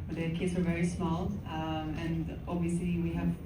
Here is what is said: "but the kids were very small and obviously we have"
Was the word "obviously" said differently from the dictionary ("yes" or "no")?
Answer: no